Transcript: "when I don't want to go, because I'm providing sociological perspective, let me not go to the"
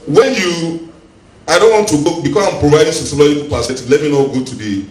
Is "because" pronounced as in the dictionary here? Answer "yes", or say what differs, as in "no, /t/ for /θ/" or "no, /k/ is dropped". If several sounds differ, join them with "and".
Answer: no, /s/ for /z/